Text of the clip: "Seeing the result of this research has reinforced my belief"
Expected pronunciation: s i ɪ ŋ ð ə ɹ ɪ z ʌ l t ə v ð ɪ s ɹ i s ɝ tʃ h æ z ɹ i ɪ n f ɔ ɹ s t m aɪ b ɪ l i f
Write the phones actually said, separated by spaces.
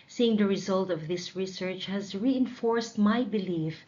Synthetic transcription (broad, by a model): s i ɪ ŋ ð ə ɹ ɪ z ʌ l t ə v ð ɪ s ɹ i s ɝ tʃ h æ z ɹ i ɪ n f ɔ ɹ s t m aɪ b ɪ l i f